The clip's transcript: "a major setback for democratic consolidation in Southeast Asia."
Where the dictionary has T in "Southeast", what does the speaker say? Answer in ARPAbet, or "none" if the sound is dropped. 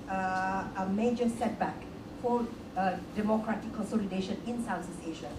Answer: none